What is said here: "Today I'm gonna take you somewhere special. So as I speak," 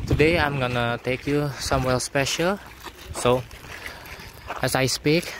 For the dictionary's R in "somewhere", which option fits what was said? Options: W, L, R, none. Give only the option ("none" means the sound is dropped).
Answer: L